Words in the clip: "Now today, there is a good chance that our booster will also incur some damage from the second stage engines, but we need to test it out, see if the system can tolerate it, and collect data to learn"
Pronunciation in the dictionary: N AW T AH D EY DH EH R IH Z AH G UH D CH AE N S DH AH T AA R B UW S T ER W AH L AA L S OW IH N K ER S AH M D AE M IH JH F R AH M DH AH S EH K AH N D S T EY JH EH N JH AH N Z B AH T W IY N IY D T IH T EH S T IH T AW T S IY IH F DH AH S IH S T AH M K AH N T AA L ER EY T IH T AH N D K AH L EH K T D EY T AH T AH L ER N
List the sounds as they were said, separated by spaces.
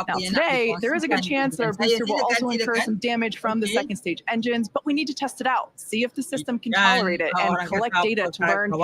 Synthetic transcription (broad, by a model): N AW T AH D EY DH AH R IH Z AH G UH D CH AE N S DH AH T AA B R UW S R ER W AH L AA L S OW IH N K ER S AH M D AE M IH JH F R AH M DH AH S EH K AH N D S T EY JH EH N JH AH N Z B AH T W IY N IY D T IH T EH S T IH T AW T S IY IH F DH AH S IH S T AH M K AH N T AA L ER EY T IH T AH N K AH L EH K D EY T AH T AH L ER N